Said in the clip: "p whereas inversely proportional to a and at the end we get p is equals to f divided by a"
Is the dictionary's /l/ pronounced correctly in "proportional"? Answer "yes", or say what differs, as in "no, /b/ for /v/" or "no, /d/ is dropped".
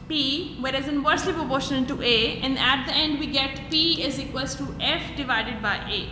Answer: no, /n/ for /l/